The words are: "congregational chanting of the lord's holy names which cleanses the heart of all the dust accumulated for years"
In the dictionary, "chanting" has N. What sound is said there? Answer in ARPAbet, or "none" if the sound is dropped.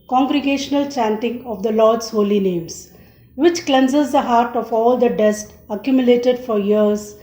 N